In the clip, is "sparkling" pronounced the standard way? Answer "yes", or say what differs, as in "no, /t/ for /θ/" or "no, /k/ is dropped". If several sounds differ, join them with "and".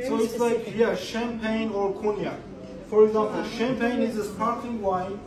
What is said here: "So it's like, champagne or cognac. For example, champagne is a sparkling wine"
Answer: no, /l/ is dropped